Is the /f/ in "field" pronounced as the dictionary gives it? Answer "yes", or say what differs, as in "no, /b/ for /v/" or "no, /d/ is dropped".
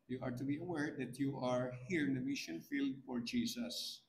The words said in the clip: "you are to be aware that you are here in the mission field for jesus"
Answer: yes